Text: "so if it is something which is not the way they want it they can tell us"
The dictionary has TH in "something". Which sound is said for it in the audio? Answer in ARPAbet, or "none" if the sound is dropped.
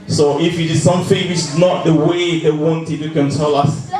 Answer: F